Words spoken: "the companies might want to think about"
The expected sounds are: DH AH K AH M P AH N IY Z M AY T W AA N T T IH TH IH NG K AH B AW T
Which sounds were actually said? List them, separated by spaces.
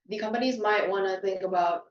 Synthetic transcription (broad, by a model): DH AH K AH M P AH N IY Z M AY T W AA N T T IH TH IH NG K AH B AW T